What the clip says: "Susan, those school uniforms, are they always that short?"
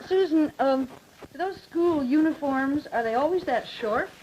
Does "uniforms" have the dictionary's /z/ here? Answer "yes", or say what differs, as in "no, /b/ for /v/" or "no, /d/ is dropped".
yes